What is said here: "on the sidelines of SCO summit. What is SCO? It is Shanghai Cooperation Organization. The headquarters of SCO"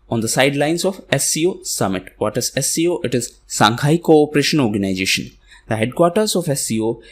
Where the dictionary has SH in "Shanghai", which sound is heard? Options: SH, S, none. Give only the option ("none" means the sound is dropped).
S